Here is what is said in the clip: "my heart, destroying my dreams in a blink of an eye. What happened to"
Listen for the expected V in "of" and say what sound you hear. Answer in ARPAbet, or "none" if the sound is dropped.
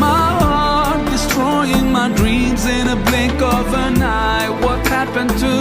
V